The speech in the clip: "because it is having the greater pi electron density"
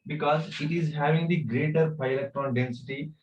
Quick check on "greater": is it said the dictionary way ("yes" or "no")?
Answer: yes